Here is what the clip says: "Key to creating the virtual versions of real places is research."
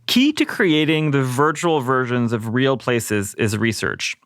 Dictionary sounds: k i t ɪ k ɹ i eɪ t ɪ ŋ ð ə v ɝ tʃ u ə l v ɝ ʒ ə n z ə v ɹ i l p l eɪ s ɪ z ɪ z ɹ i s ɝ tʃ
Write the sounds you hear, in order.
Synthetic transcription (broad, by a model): k i t ɪ k ɹ i eɪ t ɪ ŋ ð ə v ɝ tʃ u l v ɝ ʒ ə n z ə v ɹ i l p l eɪ s ɪ z ɪ z ɹ i s ɝ tʃ